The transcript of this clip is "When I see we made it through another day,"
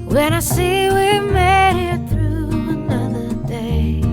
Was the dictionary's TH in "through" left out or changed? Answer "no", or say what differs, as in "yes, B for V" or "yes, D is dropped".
no